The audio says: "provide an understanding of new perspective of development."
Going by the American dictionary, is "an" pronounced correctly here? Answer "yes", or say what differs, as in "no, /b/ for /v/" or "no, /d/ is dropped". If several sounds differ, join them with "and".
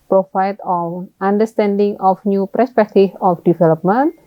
no, /l/ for /n/